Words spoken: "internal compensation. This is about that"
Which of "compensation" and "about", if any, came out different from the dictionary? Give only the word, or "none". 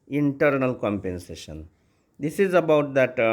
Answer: none